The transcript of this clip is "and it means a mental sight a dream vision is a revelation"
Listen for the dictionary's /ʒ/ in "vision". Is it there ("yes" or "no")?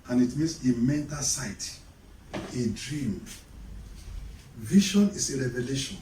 no